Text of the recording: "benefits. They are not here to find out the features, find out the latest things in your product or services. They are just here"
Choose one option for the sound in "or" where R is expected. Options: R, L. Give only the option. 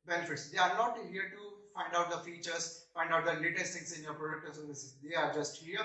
L